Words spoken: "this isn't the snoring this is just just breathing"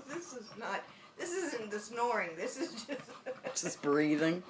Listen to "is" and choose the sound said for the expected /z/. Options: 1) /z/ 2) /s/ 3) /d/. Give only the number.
1